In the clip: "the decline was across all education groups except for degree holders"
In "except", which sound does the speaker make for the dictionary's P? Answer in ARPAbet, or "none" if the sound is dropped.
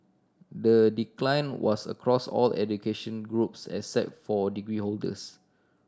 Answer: none